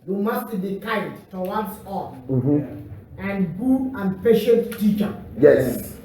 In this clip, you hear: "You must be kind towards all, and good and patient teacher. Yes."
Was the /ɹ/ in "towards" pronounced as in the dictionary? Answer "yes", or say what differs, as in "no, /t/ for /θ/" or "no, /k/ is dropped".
no, /w/ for /ɹ/